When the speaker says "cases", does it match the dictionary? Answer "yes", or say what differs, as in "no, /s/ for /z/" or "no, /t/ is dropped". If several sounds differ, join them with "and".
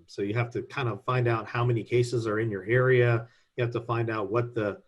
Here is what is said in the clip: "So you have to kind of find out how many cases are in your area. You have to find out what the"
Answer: yes